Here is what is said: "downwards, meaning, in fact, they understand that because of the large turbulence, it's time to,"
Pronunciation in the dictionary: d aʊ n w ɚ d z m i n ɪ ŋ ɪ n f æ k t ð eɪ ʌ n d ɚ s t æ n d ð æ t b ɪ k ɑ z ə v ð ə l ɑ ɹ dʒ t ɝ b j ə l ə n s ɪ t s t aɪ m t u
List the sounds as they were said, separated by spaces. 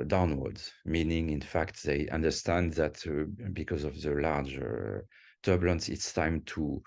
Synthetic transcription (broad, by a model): d aʊ n w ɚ d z m i n ɪ ŋ ɪ n f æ k t ð eɪ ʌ n d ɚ s t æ n d ð æ t b ɪ k ɑ z ə v ð ə l ɑ ɹ dʒ t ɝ b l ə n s ɪ t s t aɪ m t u